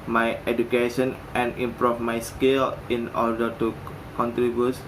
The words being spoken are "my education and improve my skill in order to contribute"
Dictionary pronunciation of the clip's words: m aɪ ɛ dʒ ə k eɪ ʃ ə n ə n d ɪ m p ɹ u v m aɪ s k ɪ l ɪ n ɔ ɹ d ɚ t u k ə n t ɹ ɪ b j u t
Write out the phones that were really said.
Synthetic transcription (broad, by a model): m aɪ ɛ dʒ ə k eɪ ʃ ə n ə n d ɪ m p ɹ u f m aɪ s k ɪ l ɪ n ɔ ɹ d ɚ t u k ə n t ɹ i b j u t